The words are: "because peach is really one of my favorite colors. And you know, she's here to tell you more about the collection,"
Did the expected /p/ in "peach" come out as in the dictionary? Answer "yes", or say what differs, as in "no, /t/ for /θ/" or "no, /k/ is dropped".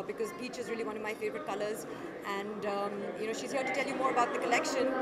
no, /b/ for /p/